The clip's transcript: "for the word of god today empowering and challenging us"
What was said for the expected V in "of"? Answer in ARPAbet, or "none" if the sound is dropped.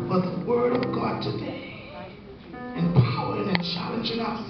V